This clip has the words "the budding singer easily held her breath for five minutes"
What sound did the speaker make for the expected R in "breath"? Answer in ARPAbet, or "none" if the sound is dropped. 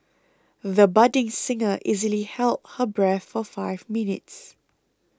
R